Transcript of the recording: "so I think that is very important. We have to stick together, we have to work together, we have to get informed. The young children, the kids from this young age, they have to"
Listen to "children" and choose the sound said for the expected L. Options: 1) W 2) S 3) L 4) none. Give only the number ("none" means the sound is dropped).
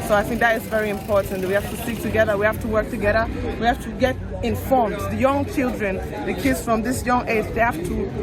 3